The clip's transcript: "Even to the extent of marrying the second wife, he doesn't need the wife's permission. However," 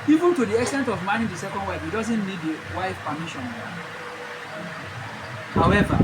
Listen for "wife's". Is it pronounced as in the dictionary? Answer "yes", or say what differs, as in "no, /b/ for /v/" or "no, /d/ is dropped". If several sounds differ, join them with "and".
no, /s/ is dropped